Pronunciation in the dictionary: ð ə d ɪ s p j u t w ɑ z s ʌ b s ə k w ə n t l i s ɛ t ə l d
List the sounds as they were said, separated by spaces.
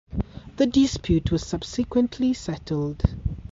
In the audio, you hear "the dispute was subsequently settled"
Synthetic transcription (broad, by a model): ð ə d ɪ s p j u t w ɑ z s ʌ b s ə k w ə n t l i s ɛ t ə l d